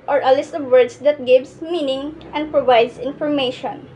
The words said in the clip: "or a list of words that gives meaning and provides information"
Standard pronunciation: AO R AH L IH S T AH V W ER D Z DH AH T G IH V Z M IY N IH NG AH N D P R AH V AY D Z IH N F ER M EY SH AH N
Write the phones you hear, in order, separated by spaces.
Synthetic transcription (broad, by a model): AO R AH L IH S T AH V W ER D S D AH T G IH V S M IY N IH NG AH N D P R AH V AY D S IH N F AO M EY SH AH N